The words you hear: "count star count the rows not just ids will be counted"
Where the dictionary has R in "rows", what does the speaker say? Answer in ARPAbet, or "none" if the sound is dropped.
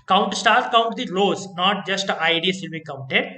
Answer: L